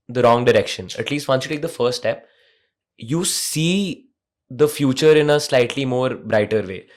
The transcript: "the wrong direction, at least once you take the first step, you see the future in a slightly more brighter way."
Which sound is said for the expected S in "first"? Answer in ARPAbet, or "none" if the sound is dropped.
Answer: none